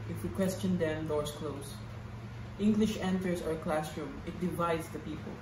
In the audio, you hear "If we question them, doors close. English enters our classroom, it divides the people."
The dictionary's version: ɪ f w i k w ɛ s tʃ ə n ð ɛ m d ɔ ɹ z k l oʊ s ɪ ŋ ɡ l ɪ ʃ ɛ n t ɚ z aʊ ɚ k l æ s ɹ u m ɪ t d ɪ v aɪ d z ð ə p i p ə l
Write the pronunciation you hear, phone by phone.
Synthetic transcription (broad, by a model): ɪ f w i k w ɛ s tʃ ə n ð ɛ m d ɔ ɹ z k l oʊ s ɪ ŋ ɡ l ɪ ʃ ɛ n t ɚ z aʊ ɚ k l æ s ɹ u m ɪ t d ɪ v aɪ d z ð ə p i p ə l